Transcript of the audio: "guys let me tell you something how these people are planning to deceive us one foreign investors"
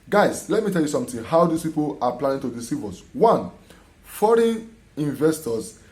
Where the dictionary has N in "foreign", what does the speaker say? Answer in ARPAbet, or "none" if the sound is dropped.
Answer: N